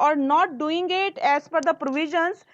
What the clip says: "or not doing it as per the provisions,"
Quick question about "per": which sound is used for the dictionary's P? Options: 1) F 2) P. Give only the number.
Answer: 1